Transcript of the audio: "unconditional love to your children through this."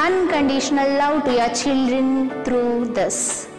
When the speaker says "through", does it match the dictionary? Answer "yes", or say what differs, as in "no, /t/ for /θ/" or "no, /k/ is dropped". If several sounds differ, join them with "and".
no, /t/ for /θ/